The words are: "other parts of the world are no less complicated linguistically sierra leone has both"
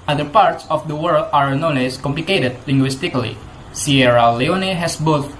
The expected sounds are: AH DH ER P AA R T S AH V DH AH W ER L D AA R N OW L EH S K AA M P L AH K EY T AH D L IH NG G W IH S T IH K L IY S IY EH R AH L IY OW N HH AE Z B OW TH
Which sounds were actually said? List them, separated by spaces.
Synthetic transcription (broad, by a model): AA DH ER P AA R T S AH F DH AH W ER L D AA R N OW N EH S K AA M P L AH K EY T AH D L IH NG G W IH S T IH K L IY S IY EH R AH L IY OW N HH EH S B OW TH